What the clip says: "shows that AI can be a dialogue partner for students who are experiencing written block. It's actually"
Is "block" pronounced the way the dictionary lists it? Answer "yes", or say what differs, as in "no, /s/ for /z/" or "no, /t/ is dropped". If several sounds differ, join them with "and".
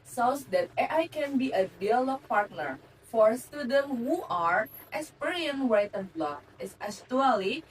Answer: no, /k/ is dropped